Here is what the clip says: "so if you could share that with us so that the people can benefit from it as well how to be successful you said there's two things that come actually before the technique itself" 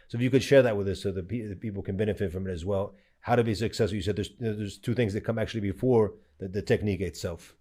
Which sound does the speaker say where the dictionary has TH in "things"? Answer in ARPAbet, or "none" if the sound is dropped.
TH